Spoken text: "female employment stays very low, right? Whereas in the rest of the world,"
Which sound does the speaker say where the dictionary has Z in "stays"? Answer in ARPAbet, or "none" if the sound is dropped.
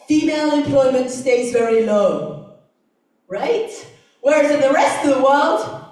Z